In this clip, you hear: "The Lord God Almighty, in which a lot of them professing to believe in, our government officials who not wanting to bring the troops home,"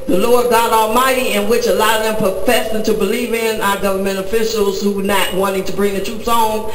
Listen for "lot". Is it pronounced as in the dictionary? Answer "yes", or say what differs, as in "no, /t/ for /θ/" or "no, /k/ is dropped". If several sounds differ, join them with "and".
no, /t/ is dropped